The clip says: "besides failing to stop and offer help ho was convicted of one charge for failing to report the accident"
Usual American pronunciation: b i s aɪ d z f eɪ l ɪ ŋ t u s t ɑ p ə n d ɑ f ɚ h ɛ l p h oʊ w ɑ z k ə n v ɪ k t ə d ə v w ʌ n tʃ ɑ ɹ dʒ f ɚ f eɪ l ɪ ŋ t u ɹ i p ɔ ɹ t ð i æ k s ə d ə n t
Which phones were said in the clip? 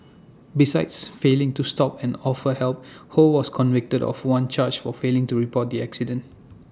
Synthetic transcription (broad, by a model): b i s aɪ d s f eɪ l ɪ ŋ t u s t ɑ p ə n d ɑ f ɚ h ɛ l p h oʊ w ɑ s k ə n v ɪ k t ə d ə f w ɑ n tʃ ɑ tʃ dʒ f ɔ f eɪ l ɪ ŋ t u ɹ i p ɔ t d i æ k s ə d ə n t